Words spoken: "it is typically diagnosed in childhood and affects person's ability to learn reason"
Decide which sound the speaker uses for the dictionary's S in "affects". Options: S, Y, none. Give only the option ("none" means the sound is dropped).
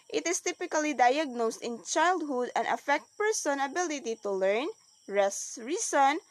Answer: none